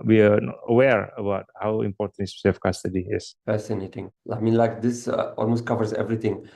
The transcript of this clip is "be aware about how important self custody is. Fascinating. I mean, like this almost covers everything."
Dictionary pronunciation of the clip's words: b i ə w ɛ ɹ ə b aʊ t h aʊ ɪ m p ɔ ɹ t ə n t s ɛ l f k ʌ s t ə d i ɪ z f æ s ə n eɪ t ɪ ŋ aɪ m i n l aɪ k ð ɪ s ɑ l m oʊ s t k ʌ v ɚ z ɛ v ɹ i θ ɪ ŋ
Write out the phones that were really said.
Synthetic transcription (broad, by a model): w i ə w ɛ ɹ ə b aʊ t h aʊ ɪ m p ɔ t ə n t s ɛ f k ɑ s t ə d i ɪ s f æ s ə n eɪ t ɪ ŋ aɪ m i n l aɪ k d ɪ s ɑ l m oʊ s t k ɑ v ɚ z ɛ v ɹ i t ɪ ŋ